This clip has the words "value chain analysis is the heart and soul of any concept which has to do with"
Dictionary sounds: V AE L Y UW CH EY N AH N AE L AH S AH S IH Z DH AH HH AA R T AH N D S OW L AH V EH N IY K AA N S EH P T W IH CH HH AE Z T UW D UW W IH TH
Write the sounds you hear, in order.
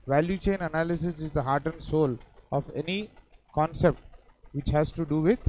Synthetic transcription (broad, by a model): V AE L Y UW CH EY N AH N AE L AH S AH S IH Z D AH HH AA R T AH N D S OW L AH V EH N IY K AA N S EH P T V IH CH HH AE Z T UW D UW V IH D